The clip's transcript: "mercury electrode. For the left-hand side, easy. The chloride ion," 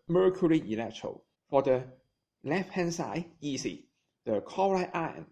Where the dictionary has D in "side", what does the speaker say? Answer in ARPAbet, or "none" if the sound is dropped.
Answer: none